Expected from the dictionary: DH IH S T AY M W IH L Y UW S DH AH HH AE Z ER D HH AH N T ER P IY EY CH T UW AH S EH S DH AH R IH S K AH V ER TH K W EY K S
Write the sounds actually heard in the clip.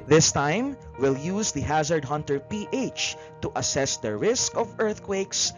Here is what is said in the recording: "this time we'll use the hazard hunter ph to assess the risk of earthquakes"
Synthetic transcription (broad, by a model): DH IH S T AY M W IH L Y UW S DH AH HH AE Z ER D HH AH N T ER P IY EY CH T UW AH S EH S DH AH R IH S K AH V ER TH K W EY K S